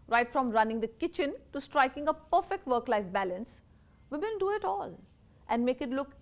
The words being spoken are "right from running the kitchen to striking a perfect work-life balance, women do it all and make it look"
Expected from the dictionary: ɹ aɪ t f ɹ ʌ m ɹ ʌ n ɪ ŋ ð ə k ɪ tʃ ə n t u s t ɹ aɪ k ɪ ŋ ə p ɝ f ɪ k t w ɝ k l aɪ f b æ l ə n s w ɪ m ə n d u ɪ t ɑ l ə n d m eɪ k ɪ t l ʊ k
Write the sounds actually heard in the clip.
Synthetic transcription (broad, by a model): ɹ aɪ t f ɹ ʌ m ɹ ʌ n ɪ ŋ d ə k ɪ tʃ ə n t u s t ɹ aɪ k ɪ ŋ ə p ɝ f ɪ k t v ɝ k l aɪ f b æ l ə n s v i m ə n d u ɪ t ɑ l ə n d m eɪ k ɪ t l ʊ k